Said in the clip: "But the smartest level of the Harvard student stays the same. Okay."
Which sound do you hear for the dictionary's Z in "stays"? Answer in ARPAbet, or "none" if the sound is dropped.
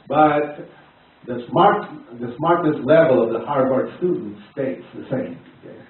S